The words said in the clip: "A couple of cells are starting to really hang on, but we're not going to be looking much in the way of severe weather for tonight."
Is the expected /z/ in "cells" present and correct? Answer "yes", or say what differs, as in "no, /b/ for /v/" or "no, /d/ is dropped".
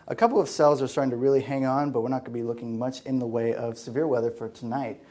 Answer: yes